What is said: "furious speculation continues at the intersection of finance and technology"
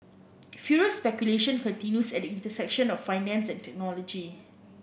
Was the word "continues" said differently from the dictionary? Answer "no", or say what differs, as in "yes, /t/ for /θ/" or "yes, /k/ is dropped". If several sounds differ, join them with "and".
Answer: yes, /s/ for /z/